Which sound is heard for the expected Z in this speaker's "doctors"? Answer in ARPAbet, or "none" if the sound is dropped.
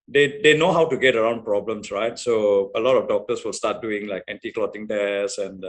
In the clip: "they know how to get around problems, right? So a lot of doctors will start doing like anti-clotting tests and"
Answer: S